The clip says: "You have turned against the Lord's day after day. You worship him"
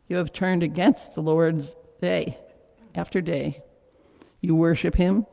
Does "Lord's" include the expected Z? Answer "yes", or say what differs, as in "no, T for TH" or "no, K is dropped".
yes